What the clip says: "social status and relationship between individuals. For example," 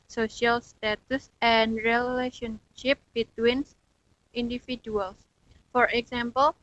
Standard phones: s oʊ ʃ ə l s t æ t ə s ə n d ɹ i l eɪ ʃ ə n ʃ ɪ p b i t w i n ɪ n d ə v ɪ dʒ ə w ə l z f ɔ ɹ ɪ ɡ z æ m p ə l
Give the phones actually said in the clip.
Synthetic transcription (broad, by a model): s oʊ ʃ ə l s t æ t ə s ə n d ɹ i l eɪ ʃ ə n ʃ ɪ p b i t w i n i n d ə f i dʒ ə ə l s f ɔ ɹ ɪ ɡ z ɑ m p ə l